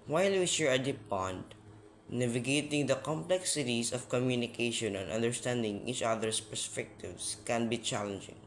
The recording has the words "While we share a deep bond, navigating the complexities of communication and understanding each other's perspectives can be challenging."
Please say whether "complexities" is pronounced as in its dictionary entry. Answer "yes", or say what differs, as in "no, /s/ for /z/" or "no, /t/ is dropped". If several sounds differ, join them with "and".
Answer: no, /s/ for /z/